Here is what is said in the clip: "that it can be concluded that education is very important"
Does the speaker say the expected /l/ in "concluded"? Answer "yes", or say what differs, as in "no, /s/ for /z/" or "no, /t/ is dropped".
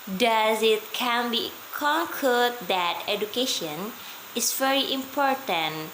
no, /l/ is dropped